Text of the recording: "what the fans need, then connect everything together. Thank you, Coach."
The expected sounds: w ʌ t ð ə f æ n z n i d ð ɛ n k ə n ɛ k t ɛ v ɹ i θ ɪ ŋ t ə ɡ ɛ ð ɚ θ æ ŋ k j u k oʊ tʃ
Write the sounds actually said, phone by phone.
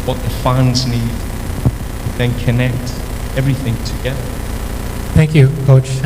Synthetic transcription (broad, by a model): w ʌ t ð ə f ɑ n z n i d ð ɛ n k ə n ɛ k t ɛ v ɹ i θ ɪ ŋ t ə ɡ ɛ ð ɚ θ æ ŋ k j u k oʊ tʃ